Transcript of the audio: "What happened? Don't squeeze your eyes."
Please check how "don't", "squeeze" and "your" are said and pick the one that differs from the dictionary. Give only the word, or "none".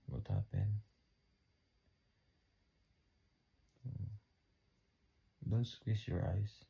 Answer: squeeze